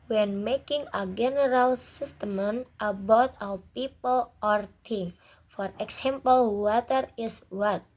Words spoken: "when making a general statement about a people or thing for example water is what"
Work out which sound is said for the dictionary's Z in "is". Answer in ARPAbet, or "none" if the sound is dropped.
S